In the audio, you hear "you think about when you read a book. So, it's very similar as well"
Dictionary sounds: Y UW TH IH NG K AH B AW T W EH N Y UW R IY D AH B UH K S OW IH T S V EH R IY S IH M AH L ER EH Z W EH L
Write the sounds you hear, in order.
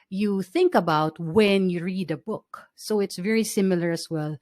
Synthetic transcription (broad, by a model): Y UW TH IH NG K AH B AW T W EH N Y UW R IY D AH B UH K S OW IH T S V EH R IY S IH M AH L ER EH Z W EH L